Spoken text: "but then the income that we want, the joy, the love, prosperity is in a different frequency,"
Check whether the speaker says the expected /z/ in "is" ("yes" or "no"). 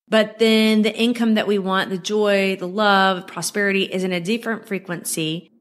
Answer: yes